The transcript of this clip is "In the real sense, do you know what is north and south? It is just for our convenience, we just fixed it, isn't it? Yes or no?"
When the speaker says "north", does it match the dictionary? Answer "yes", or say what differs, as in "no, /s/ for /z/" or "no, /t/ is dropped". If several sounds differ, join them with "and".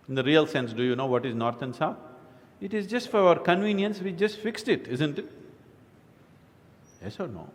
no, /t/ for /θ/